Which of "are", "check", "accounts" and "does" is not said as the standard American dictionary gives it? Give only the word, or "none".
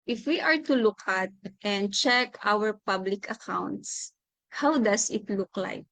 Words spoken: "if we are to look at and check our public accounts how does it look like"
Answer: does